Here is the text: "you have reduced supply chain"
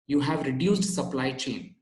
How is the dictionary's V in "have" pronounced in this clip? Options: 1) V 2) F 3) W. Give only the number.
1